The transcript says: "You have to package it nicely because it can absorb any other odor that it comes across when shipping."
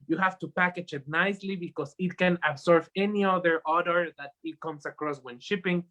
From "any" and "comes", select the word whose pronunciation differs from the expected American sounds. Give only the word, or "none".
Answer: comes